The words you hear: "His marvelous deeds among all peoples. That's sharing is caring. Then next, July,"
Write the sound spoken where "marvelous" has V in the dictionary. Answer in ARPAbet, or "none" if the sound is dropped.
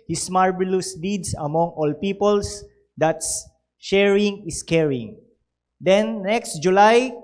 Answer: B